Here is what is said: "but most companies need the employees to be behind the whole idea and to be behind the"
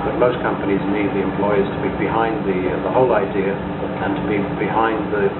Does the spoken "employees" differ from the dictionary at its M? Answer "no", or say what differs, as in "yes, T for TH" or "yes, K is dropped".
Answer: no